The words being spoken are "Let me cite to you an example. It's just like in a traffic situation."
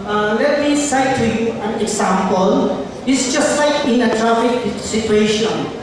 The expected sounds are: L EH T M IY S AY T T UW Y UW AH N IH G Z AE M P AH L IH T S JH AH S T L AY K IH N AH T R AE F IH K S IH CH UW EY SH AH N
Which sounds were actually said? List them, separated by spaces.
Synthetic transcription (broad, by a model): L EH T M IY S AY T T UW Y UW AH N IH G S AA M P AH L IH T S JH AH S T AY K IH N AH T R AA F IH K S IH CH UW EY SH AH N